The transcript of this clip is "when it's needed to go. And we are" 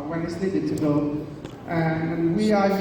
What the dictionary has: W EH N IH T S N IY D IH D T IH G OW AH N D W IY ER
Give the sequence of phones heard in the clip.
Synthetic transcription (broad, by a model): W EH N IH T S L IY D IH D T IH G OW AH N W IY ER